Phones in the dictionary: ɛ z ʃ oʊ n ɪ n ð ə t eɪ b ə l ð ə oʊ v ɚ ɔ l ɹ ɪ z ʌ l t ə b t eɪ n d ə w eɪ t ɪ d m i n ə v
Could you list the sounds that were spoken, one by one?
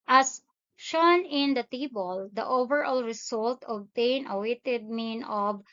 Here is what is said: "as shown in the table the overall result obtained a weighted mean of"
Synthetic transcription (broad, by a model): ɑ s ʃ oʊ n ɪ n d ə t eɪ b ə l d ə oʊ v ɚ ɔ l ɹ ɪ s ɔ l t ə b t eɪ n ə w eɪ t ɪ d m i n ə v